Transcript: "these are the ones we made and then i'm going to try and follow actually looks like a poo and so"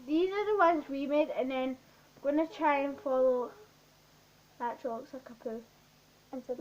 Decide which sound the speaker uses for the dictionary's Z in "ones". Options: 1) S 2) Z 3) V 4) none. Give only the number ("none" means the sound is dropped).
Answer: 2